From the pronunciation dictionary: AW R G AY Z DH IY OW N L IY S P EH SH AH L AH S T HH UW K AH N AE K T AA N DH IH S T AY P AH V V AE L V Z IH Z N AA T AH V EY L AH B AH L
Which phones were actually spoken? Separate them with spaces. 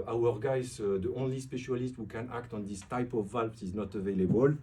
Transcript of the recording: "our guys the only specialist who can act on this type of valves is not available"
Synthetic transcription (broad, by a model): AW R G AY Z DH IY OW N L IY S P EH SH AH L AH S T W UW K AH N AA K T AA N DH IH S T AY P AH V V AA L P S IH Z N AA T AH V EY L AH B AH L